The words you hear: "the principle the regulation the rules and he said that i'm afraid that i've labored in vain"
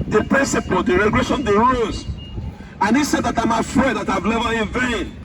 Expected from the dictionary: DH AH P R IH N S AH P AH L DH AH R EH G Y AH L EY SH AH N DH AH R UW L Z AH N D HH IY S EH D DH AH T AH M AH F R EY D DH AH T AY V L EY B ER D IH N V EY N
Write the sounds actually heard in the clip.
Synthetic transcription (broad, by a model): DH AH P R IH N S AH P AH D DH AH R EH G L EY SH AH N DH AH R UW Z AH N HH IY S EH D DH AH T AH M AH F R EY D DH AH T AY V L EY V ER IH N V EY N